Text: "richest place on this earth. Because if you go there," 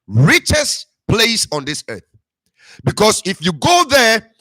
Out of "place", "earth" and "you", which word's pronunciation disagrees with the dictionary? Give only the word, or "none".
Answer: none